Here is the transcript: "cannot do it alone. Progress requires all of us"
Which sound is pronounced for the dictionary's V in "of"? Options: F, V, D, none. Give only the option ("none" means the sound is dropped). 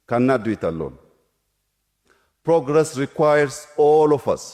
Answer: F